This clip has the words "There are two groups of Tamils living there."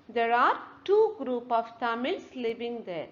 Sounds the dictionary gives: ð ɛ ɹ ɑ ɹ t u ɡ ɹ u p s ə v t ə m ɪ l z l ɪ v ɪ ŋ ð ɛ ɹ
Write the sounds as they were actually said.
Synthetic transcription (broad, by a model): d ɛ ɹ ɑ ɹ t u ɡ ɹ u p ə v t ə m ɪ l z l ɪ v ɪ ŋ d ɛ ɹ